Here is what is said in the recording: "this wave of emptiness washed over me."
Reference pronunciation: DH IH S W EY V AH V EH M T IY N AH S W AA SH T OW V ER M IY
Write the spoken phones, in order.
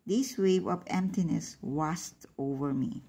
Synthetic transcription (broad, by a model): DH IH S W EY V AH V EH M T IY N AH S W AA S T OW V ER M IY